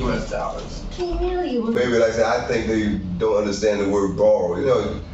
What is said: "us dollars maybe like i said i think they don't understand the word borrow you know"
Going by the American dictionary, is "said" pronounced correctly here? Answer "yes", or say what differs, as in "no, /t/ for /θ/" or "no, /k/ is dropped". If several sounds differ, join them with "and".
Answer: no, /d/ is dropped